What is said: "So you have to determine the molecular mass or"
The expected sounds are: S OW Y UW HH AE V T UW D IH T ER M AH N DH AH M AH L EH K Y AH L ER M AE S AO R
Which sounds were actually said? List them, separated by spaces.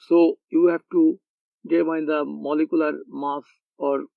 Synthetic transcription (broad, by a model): S OW Y UW HH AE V T UW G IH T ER AH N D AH M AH L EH K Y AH L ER M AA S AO R